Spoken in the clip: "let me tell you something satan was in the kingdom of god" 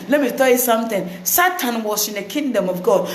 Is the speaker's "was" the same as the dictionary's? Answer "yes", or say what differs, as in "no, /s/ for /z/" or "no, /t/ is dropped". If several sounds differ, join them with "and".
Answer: no, /s/ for /z/